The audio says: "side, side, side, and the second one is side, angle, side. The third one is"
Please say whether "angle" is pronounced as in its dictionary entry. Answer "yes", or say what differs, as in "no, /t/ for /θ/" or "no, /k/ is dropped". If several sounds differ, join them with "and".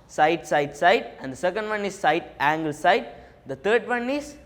yes